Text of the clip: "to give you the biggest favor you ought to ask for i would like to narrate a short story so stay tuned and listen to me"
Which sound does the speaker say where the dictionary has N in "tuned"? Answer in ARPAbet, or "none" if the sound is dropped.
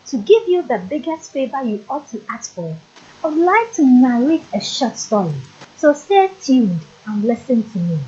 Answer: none